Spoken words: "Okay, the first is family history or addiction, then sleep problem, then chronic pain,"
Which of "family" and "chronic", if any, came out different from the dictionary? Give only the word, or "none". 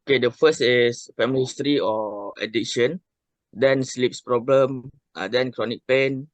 family